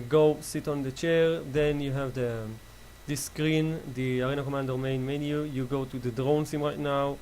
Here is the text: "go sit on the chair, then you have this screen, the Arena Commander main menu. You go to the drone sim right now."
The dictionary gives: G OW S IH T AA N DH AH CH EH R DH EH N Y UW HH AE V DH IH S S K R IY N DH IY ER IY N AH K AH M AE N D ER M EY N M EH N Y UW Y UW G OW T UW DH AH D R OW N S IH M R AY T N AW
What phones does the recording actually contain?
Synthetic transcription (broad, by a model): G OW S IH T AA N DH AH CH EH R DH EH N Y UW HH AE V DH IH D S K R IY N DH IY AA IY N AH K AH M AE N D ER M EY N M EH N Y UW Y UW G OW T UW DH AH D R OW N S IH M R AY T N AW